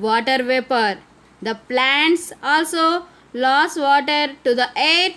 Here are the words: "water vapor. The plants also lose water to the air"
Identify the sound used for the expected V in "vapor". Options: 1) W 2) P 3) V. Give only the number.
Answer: 3